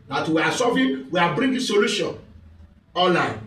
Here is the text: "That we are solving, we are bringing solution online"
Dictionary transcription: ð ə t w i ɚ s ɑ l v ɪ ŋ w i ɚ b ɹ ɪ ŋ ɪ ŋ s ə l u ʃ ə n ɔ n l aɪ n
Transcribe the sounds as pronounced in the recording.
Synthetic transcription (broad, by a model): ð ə t w i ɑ s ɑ v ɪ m w i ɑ b ɹ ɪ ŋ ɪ s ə l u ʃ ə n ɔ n l aɪ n